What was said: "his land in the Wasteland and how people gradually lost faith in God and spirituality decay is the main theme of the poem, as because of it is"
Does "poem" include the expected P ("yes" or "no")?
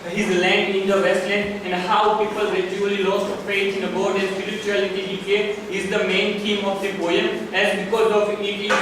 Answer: no